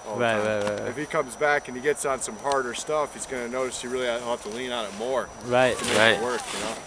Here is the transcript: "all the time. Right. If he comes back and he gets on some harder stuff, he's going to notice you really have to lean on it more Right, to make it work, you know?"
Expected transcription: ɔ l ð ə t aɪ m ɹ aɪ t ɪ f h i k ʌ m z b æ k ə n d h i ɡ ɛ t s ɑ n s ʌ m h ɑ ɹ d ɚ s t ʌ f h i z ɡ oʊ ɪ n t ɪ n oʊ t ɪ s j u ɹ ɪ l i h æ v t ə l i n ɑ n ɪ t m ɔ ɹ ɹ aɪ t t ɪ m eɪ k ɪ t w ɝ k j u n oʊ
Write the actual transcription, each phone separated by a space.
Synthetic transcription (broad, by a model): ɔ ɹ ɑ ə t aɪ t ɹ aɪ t ɪ f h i k ʌ m z b æ k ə n i ɡ ɛ t s n s ʌ m h ɑ ɹ d ɚ s t ʌ f h i z ɡ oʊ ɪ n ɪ n oʊ t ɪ s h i ɹ ɪ l i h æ t ə l i n ɑ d ɪ t m ɔ ɹ ɹ aɪ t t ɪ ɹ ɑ ɪ t w ɝ k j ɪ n oʊ